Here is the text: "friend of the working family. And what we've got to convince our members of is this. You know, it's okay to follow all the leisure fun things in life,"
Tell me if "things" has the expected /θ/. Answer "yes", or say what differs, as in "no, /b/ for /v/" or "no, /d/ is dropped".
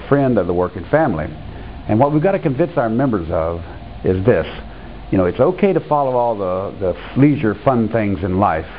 yes